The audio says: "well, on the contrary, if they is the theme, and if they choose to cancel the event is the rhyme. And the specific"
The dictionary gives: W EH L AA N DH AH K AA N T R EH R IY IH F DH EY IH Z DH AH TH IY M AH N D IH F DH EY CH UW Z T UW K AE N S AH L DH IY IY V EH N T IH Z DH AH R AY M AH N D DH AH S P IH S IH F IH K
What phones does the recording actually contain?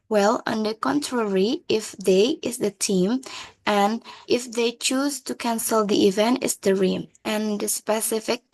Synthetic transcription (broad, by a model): W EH L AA N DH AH K AA N T R EH R IY IH F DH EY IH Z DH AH T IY M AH N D IH F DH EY CH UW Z T UW K AE N S AH L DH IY IY V EH N T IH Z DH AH R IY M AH N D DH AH S P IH S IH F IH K